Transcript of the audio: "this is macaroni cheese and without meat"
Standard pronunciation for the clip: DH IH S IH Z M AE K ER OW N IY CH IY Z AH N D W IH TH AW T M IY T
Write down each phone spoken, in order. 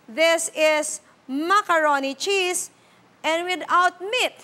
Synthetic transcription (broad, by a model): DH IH S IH S M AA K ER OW N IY CH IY S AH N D W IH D AW T M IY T